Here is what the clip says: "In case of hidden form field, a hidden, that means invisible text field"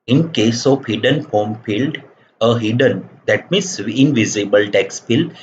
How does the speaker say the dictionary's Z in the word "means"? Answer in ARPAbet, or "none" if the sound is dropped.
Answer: S